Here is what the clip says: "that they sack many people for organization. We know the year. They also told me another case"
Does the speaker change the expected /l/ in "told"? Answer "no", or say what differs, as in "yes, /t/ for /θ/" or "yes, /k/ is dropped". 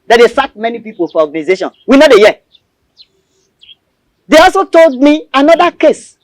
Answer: no